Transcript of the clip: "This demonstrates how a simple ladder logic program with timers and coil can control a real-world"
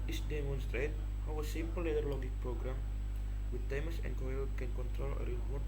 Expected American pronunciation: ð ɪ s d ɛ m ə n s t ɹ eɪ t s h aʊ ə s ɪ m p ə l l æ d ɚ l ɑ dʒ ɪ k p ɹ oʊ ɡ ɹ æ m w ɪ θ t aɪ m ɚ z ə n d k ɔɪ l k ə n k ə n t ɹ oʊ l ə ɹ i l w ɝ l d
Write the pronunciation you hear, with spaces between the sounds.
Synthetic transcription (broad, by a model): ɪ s d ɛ m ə n s t ɹ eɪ t h aʊ ə s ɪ m p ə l l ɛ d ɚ l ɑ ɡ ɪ k p ɹ oʊ ɡ ɹ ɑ m w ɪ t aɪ m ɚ s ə n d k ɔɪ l k ə n k ə n t ɹ oʊ l ə ɹ i l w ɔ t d